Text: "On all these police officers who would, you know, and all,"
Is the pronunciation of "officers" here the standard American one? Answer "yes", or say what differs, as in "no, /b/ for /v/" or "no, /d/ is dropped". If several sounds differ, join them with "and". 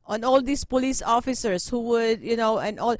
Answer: no, /s/ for /z/